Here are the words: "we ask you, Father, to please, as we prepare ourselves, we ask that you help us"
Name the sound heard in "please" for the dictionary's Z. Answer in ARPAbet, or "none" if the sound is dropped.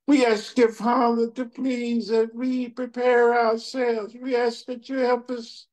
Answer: Z